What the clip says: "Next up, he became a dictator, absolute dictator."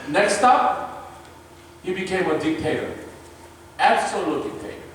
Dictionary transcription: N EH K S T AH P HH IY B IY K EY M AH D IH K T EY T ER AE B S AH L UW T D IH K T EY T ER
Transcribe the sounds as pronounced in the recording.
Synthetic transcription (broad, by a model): N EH K S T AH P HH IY B IY K EY M AH D IH K T EY T ER AE B S AH L UW T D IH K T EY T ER